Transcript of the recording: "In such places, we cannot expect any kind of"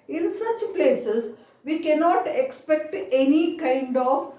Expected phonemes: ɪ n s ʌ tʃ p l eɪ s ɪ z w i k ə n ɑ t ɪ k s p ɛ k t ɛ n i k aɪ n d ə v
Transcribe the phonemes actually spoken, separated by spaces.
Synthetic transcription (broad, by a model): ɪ n s ʌ tʃ p l eɪ s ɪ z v i k ə n ɑ t ɪ k s p ɛ k t ɛ n i k aɪ n d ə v